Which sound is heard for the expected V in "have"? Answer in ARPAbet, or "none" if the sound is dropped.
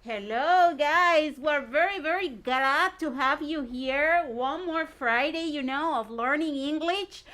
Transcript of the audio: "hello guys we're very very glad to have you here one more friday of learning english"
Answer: V